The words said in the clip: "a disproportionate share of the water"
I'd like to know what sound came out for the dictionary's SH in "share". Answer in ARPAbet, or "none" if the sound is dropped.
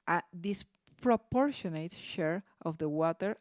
SH